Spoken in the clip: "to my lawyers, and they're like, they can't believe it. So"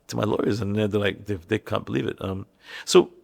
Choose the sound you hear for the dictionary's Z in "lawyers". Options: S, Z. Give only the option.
Z